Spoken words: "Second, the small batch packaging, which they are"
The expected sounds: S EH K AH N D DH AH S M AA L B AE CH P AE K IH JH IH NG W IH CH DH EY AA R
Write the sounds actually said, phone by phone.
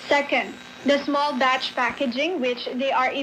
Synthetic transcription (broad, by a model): S EH K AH N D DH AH S M AA L B AE CH P AE K IH JH IH NG W IH CH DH EY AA R